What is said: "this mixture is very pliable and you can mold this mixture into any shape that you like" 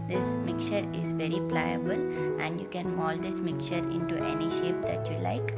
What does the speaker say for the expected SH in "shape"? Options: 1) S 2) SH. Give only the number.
2